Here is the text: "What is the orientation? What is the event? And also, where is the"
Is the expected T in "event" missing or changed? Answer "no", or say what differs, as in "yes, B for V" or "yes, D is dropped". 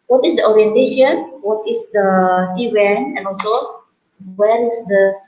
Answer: yes, T is dropped